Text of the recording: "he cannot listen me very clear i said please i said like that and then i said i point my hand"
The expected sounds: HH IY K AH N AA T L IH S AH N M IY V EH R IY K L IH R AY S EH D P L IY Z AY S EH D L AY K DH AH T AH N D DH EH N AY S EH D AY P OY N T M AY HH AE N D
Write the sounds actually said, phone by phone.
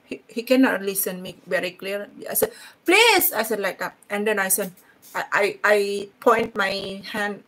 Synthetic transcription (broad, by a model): HH IY K AH N AA T L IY S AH N M IY V EH R IY K L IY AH AY S EH D P L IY S AY S EH D L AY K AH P AH N D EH N AY S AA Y AY P OY N T M AY HH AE N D